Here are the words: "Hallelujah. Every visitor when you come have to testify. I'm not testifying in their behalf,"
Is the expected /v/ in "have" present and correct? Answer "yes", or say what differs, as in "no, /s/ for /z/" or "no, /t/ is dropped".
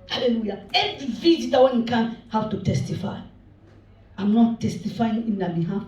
no, /w/ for /v/